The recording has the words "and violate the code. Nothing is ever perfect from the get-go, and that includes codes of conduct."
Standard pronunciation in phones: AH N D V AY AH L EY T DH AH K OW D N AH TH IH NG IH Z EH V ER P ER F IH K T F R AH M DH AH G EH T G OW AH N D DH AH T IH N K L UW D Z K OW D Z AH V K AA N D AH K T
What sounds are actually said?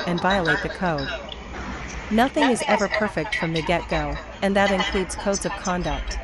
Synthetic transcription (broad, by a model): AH N V AY AH L EY T DH AH K OW D N AH TH IH NG IH Z EH V ER P ER F IH K T F R AH M DH AH G EH T G OW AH N DH AH T IH N K L UW D Z K OW D Z AH V K AA N D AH K T